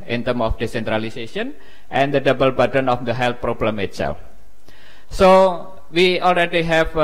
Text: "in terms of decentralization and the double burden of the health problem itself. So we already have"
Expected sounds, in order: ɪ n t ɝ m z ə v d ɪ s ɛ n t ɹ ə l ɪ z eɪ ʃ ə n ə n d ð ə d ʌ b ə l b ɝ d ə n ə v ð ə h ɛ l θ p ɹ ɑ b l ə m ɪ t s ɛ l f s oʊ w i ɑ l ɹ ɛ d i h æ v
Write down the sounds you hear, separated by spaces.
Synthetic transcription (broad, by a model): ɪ n t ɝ m ə f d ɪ s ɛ n t ɹ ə l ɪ s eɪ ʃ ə n ə n d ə d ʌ b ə l b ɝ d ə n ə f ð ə h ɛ l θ p ɹ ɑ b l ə m ɪ t s ɛ l f s oʊ w i ɑ l ɹ ɛ d i h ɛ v